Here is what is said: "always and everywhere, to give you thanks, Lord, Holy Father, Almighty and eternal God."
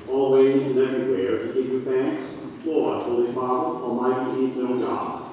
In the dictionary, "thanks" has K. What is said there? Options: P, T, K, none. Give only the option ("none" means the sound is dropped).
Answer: K